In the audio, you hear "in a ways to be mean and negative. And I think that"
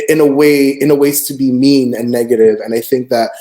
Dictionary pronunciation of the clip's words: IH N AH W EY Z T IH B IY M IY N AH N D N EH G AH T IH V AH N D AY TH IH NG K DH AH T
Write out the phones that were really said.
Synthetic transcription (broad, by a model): IH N AH W EY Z T IH B IY M IY N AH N N EH G AH T IH V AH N AY TH IH NG K DH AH T